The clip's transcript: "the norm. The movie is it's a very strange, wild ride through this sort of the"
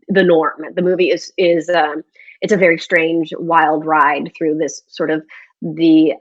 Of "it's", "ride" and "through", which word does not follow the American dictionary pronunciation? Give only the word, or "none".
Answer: none